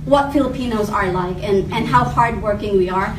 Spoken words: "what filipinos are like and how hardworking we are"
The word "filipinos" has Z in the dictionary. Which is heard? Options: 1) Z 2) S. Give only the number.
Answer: 1